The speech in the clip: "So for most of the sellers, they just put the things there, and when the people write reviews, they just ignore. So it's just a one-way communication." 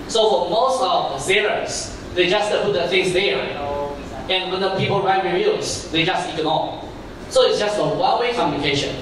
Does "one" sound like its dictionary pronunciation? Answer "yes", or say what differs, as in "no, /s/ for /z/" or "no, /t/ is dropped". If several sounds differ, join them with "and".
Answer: no, /l/ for /n/